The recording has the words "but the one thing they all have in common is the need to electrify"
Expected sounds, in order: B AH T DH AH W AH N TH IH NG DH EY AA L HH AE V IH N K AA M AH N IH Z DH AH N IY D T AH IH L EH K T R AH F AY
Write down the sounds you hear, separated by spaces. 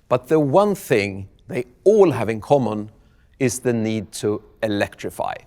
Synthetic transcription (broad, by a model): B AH T DH AH W AH N TH IH NG DH EY AA L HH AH V IH N K AA M AH N IH Z DH AH N IY D T AH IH L EH K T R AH F AY